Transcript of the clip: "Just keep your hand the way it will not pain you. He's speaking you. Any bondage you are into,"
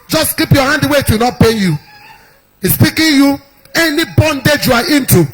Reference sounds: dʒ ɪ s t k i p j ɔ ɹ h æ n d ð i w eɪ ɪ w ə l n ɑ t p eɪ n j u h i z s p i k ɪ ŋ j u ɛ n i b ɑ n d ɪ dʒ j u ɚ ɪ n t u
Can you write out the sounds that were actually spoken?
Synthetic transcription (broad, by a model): dʒ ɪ s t k i p j ɔ h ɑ n d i w eɪ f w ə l n ɑ t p eɪ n j u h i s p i k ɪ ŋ j u ɛ n i b ɑ n d ɪ dʒ j u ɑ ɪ n t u